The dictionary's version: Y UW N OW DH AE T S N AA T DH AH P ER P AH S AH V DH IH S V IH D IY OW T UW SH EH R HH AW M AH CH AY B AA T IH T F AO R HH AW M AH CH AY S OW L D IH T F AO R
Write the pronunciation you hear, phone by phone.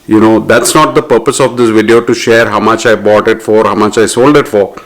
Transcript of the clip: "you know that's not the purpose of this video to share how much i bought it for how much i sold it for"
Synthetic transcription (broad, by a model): Y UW N OW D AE T S N AA T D AH P ER P AH S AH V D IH S V IH D IY OW T UW SH EH R HH AW M AH CH AY B AA T IH T F AO R HH AW M AH CH AY S OW L D IH T F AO R